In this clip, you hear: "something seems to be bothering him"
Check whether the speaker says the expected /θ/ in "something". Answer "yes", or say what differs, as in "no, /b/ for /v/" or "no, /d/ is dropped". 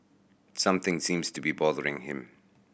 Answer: yes